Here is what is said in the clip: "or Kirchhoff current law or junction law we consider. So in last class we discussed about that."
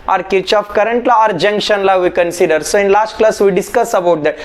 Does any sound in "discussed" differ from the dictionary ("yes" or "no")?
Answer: yes